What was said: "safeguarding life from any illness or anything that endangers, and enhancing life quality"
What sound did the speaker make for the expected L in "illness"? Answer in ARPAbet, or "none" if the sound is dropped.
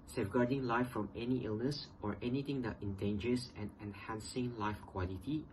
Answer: L